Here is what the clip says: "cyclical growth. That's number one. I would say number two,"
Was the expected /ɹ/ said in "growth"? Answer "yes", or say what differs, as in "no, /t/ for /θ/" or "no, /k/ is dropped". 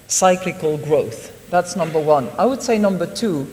yes